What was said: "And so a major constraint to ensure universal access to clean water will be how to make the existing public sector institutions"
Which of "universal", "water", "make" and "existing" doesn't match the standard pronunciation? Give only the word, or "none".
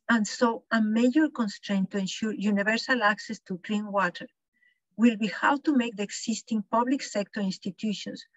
existing